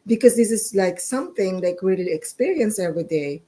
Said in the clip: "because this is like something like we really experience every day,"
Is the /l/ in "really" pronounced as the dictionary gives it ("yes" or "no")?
no